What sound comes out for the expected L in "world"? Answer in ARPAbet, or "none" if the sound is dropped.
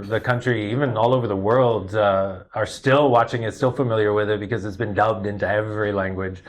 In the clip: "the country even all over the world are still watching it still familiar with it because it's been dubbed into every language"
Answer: L